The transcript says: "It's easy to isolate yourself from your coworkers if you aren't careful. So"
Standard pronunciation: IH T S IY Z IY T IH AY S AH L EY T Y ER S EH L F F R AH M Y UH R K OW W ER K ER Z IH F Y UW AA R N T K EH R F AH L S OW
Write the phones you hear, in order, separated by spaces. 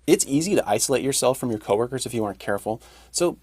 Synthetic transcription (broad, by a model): IH T S IY Z IY T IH AY S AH L EY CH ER S EH L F F R AH M Y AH R K OW W ER K ER Z IH F Y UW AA R N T K EH R F L S OW